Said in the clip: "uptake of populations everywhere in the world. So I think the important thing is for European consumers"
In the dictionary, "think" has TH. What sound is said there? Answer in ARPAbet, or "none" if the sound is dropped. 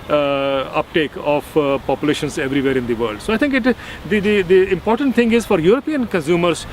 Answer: T